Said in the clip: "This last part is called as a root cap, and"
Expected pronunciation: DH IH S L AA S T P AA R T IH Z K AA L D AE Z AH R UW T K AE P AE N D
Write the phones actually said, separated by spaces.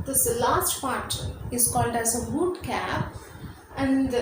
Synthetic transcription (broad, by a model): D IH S L AA S T P AA R T IH Z K AA L D AE Z AH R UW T K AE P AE N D